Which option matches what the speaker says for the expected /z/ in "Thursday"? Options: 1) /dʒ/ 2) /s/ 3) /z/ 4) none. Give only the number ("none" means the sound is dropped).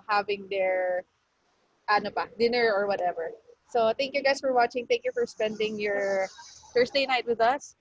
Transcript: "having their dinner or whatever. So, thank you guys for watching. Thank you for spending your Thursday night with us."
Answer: 2